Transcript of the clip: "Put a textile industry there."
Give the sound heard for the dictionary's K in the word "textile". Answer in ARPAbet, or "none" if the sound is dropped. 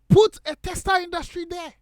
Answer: none